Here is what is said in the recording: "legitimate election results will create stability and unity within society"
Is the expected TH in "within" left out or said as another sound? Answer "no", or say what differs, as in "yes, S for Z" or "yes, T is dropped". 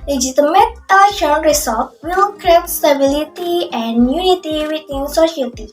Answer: yes, T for TH